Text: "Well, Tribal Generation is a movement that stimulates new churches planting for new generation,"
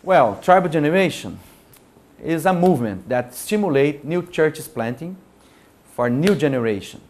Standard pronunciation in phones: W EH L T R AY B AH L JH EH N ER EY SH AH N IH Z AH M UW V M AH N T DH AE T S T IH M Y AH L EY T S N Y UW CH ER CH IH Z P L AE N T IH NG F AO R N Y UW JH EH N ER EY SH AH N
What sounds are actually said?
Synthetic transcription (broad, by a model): W EH L T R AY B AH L JH EH N ER EY SH AH N IH Z AH M UW V M AH N T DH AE T S T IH M Y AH L EY T N Y UW CH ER CH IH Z P L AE N T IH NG F AO R N Y UW JH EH N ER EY SH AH N